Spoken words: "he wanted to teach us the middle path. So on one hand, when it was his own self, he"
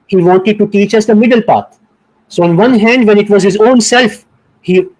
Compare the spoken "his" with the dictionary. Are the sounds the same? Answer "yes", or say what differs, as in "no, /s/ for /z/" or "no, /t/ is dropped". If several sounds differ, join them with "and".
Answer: yes